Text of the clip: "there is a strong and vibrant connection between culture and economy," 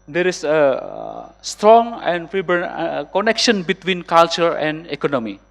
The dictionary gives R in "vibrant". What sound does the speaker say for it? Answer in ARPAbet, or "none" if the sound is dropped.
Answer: none